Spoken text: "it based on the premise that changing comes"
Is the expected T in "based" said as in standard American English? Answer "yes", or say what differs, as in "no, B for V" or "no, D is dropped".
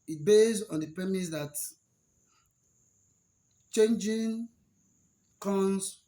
no, T is dropped